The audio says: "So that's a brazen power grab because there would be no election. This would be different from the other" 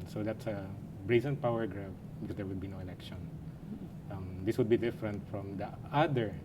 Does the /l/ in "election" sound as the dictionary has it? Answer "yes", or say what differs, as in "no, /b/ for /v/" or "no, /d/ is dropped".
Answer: no, /n/ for /l/